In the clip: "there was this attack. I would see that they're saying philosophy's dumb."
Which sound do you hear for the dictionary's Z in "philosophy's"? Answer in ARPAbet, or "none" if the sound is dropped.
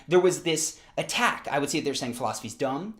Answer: Z